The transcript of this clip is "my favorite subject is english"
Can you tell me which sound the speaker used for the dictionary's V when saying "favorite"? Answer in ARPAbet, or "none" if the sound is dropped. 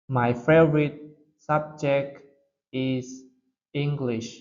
none